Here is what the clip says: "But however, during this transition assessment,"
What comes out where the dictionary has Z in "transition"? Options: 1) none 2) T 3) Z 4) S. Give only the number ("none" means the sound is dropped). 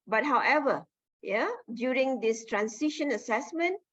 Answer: 4